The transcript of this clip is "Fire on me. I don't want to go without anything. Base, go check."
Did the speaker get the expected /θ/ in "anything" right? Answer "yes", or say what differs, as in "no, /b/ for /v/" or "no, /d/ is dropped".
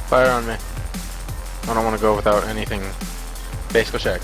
yes